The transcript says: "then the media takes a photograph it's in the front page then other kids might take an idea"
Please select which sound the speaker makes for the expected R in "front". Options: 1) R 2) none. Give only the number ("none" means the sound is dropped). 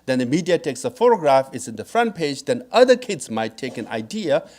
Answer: 1